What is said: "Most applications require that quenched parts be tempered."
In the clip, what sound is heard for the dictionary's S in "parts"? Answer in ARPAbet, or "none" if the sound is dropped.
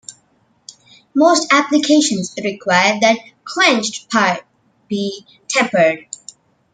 none